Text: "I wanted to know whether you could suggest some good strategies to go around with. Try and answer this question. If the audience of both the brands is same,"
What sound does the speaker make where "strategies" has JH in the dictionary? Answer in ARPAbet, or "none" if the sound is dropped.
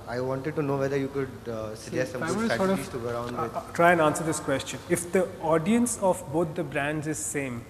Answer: none